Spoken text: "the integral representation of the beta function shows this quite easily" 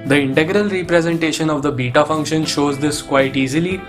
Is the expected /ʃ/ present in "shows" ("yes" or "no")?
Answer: yes